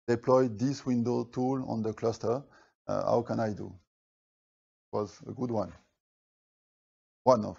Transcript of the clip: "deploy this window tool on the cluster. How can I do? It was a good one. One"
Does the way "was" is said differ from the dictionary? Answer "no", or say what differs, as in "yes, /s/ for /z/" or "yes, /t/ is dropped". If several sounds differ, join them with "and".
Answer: no